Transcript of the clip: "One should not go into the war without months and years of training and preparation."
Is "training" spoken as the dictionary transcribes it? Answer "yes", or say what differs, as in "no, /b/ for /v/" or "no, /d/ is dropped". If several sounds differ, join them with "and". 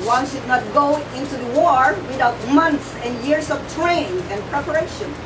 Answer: no, /n/ is dropped